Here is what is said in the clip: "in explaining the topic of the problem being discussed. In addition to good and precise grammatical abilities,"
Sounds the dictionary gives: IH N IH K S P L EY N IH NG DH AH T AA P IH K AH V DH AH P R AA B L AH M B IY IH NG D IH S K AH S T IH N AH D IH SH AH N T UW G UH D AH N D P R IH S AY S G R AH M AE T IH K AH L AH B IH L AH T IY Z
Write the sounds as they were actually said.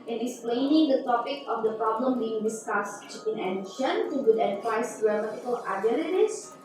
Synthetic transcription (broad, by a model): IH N IH K S P L EY N IH NG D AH T AA P IH K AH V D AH P R AA B L AH M B IY IH NG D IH S K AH S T IH N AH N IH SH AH N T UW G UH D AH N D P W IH IH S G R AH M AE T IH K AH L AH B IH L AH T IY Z